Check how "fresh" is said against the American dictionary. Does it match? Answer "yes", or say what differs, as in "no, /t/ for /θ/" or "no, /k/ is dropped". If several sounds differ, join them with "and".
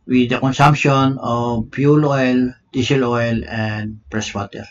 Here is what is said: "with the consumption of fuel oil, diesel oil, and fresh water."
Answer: no, /p/ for /f/ and /s/ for /ʃ/